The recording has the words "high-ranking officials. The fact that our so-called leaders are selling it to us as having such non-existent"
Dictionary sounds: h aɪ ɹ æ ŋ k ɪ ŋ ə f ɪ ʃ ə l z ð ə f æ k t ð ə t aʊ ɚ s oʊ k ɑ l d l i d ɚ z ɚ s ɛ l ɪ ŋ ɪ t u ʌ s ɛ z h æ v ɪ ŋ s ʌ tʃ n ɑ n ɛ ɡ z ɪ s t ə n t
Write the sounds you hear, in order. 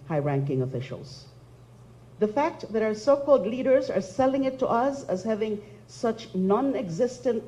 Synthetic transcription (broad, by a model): h aɪ ɹ æ ŋ k ɪ ŋ ə f ɪ ʃ ə l z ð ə f æ k t ð ə t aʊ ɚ s oʊ k ɑ l d l i d ɚ z ɚ s ɛ l ɪ ŋ ɪ t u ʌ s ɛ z h æ v ɪ ŋ s ʌ tʃ n ɑ n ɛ ɡ z ɪ s t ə n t